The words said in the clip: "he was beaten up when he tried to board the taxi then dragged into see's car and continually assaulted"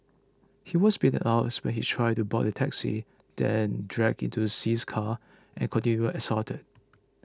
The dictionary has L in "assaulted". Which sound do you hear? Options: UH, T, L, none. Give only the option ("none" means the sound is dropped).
none